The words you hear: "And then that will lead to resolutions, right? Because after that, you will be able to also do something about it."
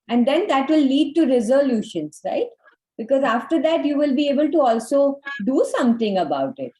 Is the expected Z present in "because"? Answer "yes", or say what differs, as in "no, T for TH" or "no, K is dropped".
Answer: yes